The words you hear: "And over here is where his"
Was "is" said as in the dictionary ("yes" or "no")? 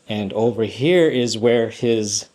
yes